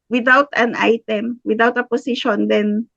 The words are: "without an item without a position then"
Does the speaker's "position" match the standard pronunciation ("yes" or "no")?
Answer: no